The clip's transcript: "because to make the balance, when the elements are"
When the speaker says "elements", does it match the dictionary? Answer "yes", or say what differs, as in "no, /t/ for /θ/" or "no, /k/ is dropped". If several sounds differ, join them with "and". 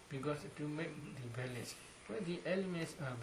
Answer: yes